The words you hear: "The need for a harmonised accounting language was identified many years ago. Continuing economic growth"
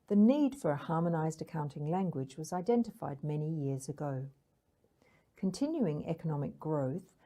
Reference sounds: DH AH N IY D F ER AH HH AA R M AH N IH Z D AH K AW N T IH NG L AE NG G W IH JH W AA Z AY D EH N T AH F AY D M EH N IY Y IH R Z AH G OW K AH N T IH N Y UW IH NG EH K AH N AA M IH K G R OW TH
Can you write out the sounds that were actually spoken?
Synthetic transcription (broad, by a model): DH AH N IY D F ER AH HH AA M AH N IH Z D AH K AW N T IH NG L AE NG G W IH JH W AA Z AY D EH N T AH F AY D M EH N IY Y IH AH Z AH G OW K AH N T IH N Y UW IH NG EH K AH N AA M IH K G R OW TH